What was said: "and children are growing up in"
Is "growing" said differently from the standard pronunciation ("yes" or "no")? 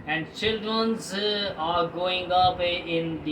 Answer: yes